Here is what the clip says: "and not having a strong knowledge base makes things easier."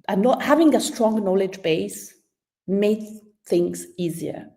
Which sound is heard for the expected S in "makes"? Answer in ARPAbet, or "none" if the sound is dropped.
none